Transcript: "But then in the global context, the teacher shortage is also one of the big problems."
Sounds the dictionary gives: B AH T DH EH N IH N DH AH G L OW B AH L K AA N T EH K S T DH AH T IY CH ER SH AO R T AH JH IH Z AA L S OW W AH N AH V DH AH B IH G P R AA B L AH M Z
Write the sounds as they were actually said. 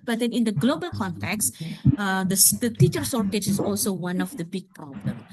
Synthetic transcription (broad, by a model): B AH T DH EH N IH N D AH G L OW B AH L K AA N T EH K S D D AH T IY CH ER S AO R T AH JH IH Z AA L S OW W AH N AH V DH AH B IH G P R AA B L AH M